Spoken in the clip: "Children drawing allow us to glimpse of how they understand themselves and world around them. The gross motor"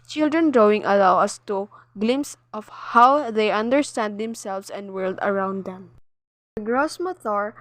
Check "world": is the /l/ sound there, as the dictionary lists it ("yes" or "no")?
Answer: yes